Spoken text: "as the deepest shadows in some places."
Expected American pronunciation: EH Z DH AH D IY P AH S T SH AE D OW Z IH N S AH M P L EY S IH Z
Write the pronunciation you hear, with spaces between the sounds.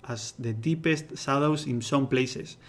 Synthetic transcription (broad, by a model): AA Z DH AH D IY P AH S T S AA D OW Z IH N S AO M P L EY S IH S